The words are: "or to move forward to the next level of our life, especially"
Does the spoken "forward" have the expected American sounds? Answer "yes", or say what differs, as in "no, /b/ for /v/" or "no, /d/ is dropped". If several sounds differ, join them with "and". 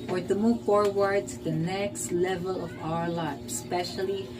yes